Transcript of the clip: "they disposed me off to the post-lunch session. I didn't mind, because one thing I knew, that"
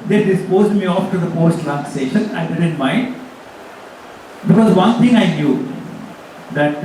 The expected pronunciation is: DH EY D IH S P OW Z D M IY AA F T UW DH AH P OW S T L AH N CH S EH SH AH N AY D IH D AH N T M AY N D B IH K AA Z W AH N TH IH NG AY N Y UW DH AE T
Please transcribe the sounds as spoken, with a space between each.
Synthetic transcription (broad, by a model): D EY D IH S P OW Z D M IY AA F T UW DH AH P OW S T L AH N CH S EH SH AH N AY D IH D AH N T M AY N D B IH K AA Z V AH N T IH NG AY N Y UW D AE T